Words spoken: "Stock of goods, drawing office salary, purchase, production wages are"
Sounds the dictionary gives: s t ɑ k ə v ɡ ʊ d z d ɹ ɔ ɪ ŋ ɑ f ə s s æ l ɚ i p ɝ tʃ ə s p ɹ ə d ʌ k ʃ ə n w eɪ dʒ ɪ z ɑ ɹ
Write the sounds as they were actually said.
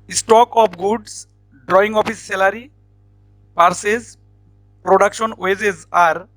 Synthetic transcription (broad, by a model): s t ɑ k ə p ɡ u d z d ɹ ɔ ɪ ŋ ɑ p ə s s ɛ l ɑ i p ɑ s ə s p ɹ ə d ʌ k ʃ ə n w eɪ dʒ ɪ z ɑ ɹ